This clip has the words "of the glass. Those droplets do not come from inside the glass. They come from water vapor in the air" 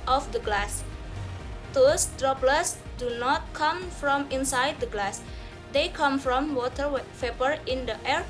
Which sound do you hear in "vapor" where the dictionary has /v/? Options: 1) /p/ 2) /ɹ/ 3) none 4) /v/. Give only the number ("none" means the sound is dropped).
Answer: 1